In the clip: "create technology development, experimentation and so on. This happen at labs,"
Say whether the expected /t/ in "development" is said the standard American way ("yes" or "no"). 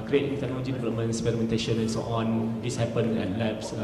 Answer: no